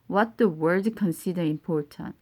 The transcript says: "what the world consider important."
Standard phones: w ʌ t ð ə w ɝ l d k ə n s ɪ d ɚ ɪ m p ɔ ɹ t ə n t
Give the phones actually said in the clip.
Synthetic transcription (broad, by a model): w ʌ t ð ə w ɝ d k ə n s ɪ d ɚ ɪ m p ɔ ɹ t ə n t